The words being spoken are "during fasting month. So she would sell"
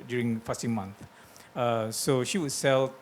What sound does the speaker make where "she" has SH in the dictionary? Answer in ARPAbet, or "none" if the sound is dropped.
SH